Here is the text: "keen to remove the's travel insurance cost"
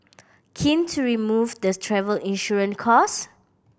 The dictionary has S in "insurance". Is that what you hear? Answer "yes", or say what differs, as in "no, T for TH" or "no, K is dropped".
no, S is dropped